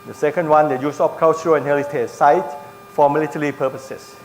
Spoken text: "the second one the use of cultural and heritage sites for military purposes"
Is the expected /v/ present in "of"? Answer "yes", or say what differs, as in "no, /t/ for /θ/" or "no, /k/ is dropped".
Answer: no, /p/ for /v/